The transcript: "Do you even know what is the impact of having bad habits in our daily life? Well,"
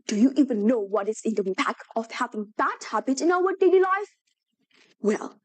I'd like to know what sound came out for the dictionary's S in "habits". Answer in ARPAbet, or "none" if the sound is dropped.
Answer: none